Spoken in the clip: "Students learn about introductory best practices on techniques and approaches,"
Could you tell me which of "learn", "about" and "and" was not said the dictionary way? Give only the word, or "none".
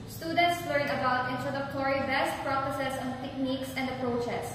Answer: learn